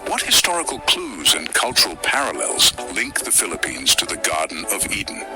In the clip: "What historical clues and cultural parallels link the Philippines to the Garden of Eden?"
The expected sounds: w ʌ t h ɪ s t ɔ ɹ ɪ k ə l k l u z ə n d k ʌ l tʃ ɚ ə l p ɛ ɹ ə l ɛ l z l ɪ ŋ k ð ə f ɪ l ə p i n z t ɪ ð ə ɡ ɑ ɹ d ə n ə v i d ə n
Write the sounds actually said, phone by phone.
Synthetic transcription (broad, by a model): w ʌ t h ɪ s t ɔ ɹ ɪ k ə l k l u z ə n k ʌ l tʃ ɚ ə l p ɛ ɹ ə l ɛ l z l ɪ ŋ k ð ə f ɪ l ə p i n z t ɪ ð ə ɡ ɑ ɹ d n ə v i d n